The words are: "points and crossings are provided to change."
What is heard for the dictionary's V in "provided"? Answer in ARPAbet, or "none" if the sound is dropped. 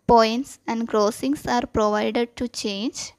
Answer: V